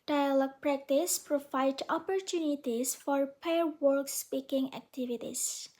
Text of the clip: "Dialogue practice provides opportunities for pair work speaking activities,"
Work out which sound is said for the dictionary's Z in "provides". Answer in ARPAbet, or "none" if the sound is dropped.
none